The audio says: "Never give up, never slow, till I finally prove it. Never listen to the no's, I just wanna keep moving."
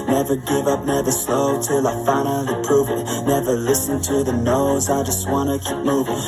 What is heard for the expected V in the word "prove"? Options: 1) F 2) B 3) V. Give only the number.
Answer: 3